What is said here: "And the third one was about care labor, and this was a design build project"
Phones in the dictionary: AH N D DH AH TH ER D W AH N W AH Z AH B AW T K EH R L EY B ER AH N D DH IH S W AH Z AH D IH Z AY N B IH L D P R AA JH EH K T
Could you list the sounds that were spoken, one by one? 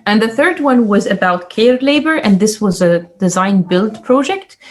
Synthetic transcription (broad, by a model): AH N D DH AH TH ER D W AH N W AH Z AH B AW T K EH R L EY B ER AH N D DH IH S W AH Z AH D IH Z AY N B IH L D P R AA JH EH K T